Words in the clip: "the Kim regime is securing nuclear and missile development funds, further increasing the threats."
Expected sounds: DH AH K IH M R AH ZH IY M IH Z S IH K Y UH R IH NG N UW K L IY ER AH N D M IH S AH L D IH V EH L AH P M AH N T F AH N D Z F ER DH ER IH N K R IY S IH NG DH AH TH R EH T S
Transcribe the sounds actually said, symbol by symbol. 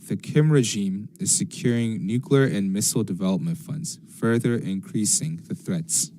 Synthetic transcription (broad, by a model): DH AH K IH M R AH ZH IY M IH Z S IH K Y UH R IH NG N UW K L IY ER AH N M IH S L D IH V EH L AH P M AH N T F AH N D Z F ER DH ER IH N K R IY S IH NG DH AH TH R EH T S